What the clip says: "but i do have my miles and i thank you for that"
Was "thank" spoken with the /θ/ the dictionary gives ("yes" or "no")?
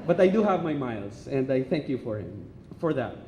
yes